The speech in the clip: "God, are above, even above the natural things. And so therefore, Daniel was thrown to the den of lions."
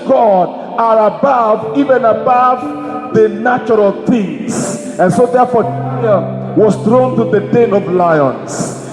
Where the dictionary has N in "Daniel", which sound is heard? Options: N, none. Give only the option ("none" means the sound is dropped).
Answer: none